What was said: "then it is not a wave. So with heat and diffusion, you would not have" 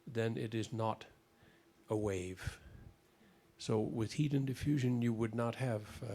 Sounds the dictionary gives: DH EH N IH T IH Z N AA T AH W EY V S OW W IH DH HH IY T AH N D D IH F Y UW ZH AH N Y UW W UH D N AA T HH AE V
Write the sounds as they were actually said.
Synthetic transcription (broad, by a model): DH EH N IH T IH Z N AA T AH W EY V S OW W IH DH HH IY T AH N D D IH F Y UW ZH AH N Y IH W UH D N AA T HH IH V